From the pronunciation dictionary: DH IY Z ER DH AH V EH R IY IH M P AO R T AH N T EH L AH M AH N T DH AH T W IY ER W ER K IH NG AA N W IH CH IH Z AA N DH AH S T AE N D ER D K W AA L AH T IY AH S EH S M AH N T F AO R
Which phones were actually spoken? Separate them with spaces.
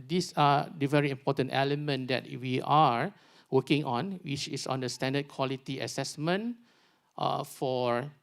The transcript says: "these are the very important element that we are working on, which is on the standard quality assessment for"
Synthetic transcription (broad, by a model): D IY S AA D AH V EH R IY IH M P AO T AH N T EH L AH M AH N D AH T W IY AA W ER K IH NG AA N W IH CH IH S AA N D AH S T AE N D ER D K W AA L AH T IY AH S EH S M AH N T F AO R